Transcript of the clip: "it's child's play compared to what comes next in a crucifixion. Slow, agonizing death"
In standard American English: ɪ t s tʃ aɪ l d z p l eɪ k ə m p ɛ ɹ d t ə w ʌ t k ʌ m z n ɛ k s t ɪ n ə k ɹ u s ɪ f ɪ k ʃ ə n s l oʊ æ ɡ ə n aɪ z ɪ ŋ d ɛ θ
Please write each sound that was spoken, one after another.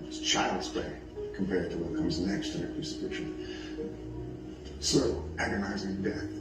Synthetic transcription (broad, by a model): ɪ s tʃ aɪ l d z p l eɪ k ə m p ɛ ɹ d t ə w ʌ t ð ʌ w z n ɛ k s t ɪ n ə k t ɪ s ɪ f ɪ ʃ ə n s oʊ æ ɡ ə n aɪ z ɪ ŋ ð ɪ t